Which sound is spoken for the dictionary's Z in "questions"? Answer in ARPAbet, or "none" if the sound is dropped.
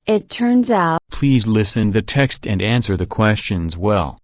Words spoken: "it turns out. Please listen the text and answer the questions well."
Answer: Z